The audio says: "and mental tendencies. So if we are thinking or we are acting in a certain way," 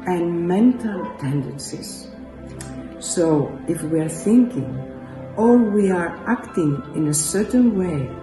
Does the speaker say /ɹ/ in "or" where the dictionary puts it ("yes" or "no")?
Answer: no